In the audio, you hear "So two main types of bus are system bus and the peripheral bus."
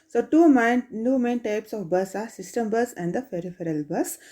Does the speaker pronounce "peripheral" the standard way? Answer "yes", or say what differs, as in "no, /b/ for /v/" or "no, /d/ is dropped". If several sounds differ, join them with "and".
no, /f/ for /p/